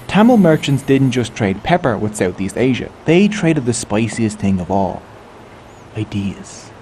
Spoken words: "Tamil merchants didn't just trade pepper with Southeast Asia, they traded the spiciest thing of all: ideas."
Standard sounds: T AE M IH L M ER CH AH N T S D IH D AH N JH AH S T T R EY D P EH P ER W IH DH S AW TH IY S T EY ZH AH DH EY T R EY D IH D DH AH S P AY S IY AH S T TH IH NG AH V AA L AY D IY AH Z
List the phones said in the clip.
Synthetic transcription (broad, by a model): T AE M L M ER CH AH N T S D IH D N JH AH S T T R EY D P EH P ER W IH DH S AW TH IY S T EY ZH AH DH EY T R EY D IH D DH AH S P AY S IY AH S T TH IH NG AH V AA L AY D IY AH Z